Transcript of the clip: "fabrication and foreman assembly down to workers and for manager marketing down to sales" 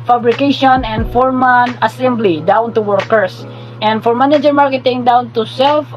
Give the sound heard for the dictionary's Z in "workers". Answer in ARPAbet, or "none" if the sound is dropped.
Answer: S